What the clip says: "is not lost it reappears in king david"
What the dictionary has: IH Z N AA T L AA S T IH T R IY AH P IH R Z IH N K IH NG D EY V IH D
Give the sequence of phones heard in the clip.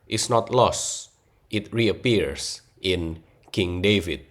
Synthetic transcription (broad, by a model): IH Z N AA T L AA S T IH T R IY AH P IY R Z IH N K IH NG D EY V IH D